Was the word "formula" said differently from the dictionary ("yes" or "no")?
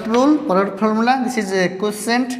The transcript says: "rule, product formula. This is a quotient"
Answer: yes